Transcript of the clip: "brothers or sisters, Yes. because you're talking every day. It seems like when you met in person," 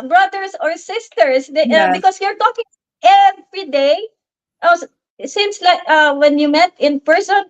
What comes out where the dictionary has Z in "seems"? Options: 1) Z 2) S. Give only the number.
2